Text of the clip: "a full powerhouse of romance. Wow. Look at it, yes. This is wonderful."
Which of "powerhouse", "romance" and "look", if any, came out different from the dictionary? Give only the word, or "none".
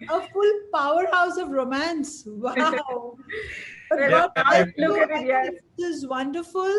look